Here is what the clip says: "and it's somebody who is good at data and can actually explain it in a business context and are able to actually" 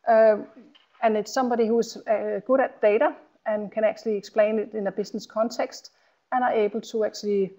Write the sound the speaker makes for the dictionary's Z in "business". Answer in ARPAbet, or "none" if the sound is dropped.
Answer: S